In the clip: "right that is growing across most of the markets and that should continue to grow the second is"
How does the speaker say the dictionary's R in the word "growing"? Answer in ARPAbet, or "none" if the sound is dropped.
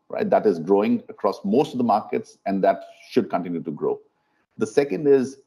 R